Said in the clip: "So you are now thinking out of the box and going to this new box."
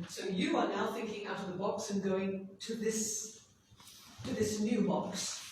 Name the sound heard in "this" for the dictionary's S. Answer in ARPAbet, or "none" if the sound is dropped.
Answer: S